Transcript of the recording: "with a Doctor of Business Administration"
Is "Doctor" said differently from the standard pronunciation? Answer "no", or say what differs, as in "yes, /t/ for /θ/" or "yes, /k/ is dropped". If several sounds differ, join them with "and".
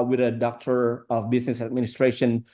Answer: no